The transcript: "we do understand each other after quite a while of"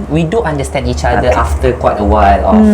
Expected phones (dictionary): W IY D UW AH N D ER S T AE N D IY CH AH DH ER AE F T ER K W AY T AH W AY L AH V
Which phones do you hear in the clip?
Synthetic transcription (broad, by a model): W IY D UW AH N D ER S T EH N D IY CH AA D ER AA F T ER K W AY T AH W AY L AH